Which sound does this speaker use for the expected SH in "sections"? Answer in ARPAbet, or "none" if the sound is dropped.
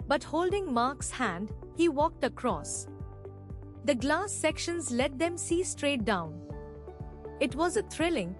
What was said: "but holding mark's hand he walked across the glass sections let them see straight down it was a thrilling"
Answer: SH